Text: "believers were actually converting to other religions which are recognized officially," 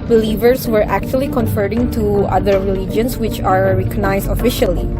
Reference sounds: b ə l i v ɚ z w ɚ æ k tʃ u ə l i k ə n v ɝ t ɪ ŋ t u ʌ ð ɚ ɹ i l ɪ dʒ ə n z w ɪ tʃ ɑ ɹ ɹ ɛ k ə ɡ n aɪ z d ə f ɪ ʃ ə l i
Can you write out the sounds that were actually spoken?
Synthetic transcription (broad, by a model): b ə l i v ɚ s w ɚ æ k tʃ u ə l i k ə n f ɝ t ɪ ŋ t u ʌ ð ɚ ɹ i l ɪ dʒ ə n s w ɪ tʃ ɑ ɹ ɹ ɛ k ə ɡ n aɪ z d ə f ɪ ʃ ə l i